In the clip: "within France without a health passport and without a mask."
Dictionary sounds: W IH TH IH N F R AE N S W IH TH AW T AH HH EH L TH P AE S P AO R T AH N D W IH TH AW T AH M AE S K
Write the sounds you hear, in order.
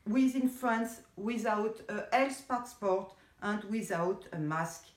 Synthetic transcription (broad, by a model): W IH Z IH N F R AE N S W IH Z AW T AH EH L S P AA S P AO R T AH N D W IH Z AW T AH M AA S K